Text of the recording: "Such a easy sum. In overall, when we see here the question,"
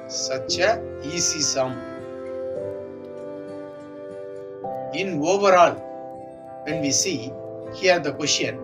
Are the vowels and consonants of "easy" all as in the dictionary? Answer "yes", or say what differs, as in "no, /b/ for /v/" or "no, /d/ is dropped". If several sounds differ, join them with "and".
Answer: no, /s/ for /z/